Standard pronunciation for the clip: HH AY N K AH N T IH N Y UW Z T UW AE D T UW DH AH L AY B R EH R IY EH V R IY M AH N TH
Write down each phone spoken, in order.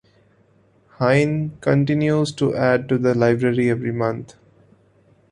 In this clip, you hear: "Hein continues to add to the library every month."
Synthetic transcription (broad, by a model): HH AY N K AH N T IH N Y UW Z T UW AE D T UW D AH L AY B R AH R IY EH V R IY M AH N T